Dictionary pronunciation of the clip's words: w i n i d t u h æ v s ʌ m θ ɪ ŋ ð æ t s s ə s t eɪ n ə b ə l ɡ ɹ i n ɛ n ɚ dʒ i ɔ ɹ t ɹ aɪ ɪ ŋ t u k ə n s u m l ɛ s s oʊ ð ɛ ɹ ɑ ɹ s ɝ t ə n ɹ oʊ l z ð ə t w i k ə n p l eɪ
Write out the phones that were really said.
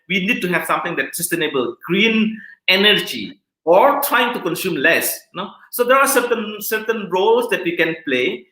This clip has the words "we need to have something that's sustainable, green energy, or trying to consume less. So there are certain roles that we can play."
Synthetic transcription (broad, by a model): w i n i d t u h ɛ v s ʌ m t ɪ ŋ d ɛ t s s ə s t eɪ n ə b ə l ɡ ɹ i n ɛ n ɚ dʒ i ɔ ɹ t ɹ aɪ ɪ ŋ t u k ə n s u m l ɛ s s oʊ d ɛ ɹ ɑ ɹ s ɝ t ə n ɹ oʊ l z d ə t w i k ə n p l eɪ